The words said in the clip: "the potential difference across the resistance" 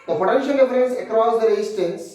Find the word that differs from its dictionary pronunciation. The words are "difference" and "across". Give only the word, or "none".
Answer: difference